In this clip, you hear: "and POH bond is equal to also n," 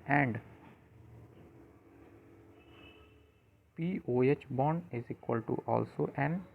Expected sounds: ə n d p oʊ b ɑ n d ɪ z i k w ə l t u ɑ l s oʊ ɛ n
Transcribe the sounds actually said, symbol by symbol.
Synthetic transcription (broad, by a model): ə n d p oʊ b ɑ n ɪ z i k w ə l t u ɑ l s oʊ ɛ n